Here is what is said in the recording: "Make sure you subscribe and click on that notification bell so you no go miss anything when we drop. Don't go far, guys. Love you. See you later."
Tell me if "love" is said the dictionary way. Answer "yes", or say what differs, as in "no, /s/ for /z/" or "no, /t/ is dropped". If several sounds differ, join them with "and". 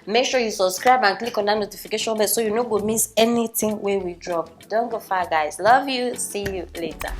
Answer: yes